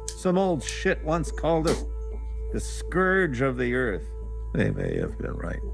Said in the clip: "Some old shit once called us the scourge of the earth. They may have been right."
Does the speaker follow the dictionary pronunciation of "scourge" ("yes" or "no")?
yes